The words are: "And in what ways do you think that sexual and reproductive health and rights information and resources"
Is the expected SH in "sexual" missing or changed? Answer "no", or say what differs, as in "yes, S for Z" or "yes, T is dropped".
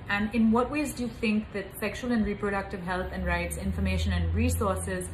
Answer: no